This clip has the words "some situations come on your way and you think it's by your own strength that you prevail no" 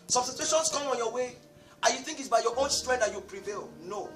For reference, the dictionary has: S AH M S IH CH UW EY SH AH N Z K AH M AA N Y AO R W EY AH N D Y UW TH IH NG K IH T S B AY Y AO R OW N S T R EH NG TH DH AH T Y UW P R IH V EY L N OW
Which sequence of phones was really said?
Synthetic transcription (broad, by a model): S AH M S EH S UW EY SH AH N S K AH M AA N Y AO W EY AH Y UW TH IH NG K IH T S B AY Y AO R OW N S T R EH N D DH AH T Y UW P R IH V EY L N OW